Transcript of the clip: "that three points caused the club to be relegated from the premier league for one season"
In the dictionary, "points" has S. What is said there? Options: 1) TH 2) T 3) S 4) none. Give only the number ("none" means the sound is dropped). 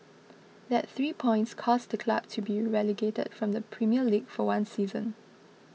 3